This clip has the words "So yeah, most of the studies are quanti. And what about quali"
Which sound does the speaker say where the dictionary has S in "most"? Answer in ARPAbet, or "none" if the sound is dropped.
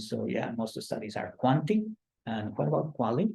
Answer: none